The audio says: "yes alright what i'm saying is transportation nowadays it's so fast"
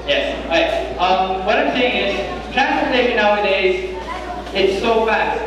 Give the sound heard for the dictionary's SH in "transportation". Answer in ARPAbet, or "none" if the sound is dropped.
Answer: none